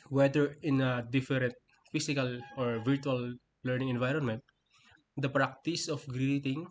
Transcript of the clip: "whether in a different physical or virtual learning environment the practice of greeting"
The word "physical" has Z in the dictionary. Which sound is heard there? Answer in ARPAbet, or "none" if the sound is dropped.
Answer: S